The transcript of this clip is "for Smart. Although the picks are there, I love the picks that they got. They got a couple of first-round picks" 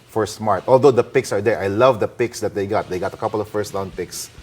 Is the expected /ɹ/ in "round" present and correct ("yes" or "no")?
no